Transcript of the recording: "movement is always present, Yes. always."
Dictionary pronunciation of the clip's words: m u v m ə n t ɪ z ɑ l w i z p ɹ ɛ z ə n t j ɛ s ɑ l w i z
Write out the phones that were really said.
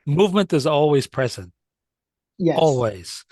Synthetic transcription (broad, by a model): m u v m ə n t ɪ z ɑ l w i z p ɹ ɛ z ə n t j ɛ ɑ l w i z